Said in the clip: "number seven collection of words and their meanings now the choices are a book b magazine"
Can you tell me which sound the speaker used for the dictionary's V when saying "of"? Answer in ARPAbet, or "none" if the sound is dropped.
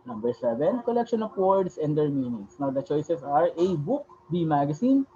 P